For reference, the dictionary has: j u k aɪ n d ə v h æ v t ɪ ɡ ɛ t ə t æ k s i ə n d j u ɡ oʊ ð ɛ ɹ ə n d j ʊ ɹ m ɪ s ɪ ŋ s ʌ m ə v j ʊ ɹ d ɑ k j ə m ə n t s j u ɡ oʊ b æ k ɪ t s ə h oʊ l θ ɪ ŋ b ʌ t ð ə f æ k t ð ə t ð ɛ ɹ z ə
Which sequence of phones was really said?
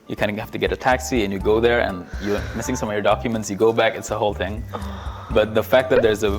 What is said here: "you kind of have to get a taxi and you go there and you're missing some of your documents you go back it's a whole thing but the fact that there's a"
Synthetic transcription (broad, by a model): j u k aɪ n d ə h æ f t ɪ ɡ ɛ t ə t æ k s i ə n j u ɡ oʊ ð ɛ ɹ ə n j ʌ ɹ m ɪ s ɪ ŋ s ʌ m ə v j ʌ ɹ d ɑ k j ə m ə n t s j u ɡ oʊ b æ k ɪ t s ə h oʊ l θ ɪ ŋ b ʌ t ð ə f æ k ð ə t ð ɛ ɹ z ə